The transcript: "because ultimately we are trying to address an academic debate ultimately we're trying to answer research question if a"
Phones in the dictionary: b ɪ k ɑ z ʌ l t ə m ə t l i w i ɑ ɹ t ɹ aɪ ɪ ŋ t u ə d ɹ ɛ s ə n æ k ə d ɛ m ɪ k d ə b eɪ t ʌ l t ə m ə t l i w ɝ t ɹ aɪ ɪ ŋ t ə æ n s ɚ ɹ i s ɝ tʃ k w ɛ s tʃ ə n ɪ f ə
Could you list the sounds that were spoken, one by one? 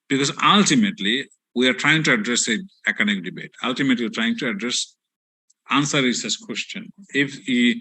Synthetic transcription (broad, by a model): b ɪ k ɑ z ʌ l t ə m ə t l i w i ɑ ɹ t ɹ aɪ ɪ ŋ t u ə d ɹ ɛ s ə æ k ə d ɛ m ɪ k d ə b eɪ t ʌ l t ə m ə t l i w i t ɹ aɪ ɪ ŋ t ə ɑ n s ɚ ɹ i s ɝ s k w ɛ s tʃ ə n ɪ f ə